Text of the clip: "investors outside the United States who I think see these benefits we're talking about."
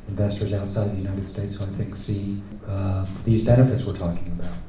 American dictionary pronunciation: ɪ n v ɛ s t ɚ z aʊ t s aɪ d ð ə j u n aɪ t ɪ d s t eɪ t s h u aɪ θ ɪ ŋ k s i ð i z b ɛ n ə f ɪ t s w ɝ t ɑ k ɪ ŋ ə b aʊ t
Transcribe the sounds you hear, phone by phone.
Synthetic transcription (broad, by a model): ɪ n v ɛ s t ɚ z aʊ t s aɪ d ð ə j u n aɪ t ɪ d s t eɪ t s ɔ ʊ aɪ θ ɪ ŋ k s i ð i z b ɛ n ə f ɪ t s w ɝ t ɑ k ɪ ŋ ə b aʊ t